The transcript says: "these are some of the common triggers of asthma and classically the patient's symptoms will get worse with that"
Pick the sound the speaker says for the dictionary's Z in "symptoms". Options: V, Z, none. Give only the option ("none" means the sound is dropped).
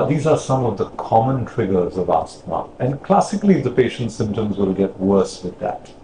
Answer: Z